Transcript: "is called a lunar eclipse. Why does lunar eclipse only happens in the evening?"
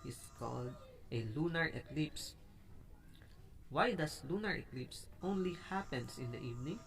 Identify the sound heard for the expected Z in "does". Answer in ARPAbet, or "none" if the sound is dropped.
S